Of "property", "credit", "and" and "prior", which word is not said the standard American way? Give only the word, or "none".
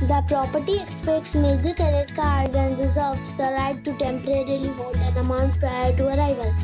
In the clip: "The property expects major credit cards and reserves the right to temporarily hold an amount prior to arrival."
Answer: credit